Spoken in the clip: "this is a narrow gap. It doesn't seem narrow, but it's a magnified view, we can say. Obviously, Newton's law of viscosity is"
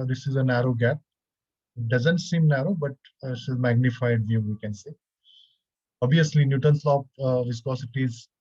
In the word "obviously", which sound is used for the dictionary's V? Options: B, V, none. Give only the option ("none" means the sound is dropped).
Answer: none